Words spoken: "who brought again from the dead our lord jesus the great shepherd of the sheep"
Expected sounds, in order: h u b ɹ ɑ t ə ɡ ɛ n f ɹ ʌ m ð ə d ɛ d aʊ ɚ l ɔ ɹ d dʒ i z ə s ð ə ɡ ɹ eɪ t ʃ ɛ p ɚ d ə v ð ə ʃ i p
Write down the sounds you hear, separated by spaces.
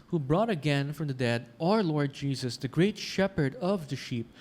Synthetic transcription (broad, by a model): h u b ɹ ɑ t ə ɡ ɛ n f ɹ ʌ m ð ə d ɛ d aʊ ɚ l ɔ ɹ d dʒ i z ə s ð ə ɡ ɹ eɪ t ʃ ɛ p ɚ d ə v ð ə ʃ i p